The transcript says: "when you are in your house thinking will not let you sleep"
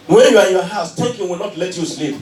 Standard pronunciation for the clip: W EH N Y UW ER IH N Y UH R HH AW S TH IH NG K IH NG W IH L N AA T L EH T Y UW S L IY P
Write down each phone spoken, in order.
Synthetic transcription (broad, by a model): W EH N Y UW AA IH N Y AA HH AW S T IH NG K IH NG W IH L N AA T L EH T Y UW S L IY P